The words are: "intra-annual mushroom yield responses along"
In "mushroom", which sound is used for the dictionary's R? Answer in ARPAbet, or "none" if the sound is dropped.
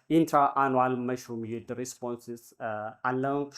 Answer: none